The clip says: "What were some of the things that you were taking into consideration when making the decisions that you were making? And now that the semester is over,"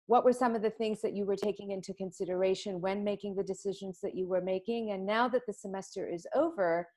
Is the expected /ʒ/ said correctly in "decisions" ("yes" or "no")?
yes